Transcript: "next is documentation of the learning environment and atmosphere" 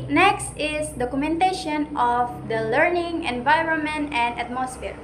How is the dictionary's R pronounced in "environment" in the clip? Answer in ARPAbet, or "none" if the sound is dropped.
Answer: R